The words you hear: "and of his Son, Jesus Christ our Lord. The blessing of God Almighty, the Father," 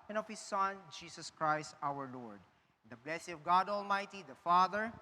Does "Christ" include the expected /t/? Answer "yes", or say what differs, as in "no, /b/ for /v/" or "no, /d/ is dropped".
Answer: yes